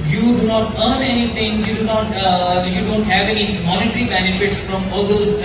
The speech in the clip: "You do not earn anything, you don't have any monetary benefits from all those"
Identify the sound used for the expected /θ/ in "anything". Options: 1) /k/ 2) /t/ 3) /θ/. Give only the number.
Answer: 2